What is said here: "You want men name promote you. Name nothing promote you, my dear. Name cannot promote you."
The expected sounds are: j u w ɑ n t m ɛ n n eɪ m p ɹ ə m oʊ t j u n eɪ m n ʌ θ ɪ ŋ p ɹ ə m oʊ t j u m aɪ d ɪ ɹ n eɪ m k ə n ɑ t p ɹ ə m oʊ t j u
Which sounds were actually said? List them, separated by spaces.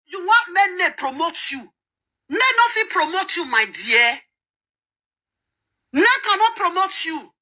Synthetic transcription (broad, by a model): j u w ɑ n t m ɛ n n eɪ p ɹ ə m oʊ t j u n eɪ n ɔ f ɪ p ɹ ə m oʊ t j u m aɪ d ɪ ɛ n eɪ k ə n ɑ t p ɹ ə m oʊ t j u